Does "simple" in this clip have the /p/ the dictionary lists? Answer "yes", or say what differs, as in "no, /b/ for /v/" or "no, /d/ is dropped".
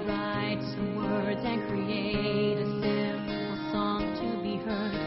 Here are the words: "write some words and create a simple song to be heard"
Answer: no, /p/ is dropped